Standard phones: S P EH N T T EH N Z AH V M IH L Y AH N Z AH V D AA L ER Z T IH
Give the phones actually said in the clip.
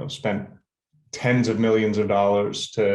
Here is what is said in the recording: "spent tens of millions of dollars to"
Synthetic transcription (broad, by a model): S P EH N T T EH N Z AH V M IH L Y AH N Z AH V D AA L ER Z T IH